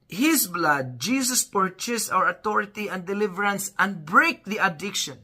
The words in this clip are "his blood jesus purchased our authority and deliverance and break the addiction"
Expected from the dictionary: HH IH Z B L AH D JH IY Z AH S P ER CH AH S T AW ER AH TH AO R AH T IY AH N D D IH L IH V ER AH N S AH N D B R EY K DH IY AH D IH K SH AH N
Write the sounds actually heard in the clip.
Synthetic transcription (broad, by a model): HH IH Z B L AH D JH IY S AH S P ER CH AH S AW ER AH T AO R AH T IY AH N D D IH L IH V ER AH N S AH N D B R EY K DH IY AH D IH K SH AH N